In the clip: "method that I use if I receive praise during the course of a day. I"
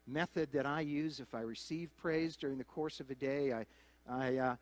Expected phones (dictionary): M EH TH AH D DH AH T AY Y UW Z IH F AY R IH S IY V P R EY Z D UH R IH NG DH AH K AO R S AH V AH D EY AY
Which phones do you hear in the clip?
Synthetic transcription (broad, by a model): M EH TH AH D DH AH T AY Y UW Z IH F AY R IH S IY V P R EY Z D UH R IH NG DH AH K AO R S AH V AH D EY AY